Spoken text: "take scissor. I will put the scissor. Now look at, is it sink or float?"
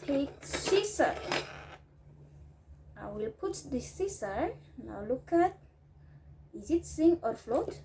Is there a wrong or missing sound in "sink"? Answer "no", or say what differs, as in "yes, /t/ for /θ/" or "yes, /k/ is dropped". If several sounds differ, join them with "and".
yes, /k/ is dropped